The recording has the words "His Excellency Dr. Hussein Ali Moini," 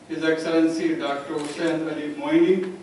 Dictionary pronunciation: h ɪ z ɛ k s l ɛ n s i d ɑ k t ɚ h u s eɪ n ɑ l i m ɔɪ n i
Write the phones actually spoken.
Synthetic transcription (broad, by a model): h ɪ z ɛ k s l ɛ n s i d ɑ k t ɚ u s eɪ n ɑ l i m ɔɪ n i